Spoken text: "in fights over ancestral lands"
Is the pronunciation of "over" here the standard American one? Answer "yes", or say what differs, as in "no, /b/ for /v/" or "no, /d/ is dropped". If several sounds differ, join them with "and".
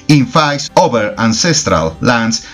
no, /b/ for /v/